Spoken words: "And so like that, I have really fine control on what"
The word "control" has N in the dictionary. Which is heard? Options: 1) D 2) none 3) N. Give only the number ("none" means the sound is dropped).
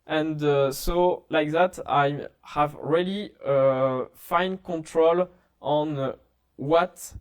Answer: 3